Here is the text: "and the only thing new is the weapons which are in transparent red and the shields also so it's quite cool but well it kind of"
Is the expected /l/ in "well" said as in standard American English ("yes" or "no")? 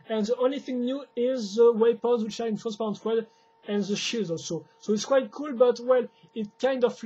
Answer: yes